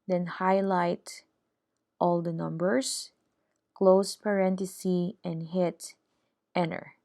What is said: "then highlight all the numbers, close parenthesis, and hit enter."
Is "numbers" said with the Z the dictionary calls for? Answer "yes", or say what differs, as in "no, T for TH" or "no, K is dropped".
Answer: no, S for Z